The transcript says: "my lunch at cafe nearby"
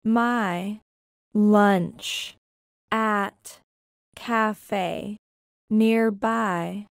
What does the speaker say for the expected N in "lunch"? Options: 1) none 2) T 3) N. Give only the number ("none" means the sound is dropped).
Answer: 3